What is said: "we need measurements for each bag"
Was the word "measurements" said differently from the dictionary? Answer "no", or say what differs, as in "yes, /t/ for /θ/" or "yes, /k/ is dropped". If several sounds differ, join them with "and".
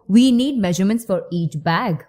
no